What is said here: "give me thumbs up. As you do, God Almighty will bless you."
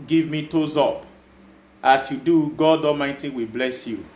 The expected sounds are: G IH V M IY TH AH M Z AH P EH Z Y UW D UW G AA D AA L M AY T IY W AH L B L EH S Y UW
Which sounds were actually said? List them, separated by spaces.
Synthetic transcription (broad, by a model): G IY V M IY T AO Z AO P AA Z Y UW D UW G AA D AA M AY T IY W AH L B L EH S Y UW